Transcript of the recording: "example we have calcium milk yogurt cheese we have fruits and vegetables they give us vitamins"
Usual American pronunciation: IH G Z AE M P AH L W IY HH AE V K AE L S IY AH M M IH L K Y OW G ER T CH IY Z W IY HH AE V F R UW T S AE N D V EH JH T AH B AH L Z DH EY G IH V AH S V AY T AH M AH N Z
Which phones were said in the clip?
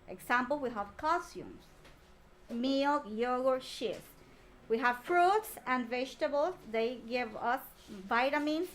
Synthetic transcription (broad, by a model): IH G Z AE M P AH L W IY HH AE V K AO S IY M M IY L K Y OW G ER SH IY S W IY HH AE V F R UW T S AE N D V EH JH T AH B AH L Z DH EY G IH V AH S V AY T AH M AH N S